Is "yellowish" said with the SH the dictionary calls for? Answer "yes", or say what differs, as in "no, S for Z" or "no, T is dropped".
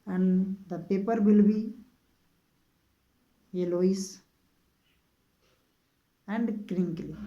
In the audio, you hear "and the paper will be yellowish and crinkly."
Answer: no, S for SH